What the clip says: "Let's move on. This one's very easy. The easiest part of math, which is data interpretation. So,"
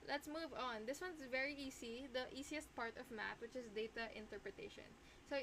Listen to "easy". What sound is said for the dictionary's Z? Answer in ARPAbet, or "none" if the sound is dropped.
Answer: S